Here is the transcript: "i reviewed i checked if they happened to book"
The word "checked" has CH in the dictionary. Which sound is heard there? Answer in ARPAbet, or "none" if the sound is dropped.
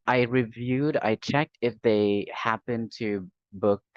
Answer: CH